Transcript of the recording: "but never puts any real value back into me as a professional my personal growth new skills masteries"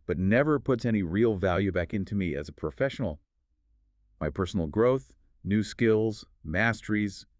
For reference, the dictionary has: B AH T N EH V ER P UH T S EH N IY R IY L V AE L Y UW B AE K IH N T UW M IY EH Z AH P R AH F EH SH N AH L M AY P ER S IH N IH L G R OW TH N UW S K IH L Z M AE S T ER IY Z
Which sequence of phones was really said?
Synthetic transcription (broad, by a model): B AH T N EH V ER P UH T S EH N IY R IY L V AE L Y UW B AE K IH N T UW M IY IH Z AH P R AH F EH SH N L M AY P ER S N L G R OW TH N UW S K IH L Z M AE S T ER IY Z